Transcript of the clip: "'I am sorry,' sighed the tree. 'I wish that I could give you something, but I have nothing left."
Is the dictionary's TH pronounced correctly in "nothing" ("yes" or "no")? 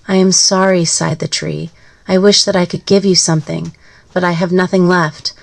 yes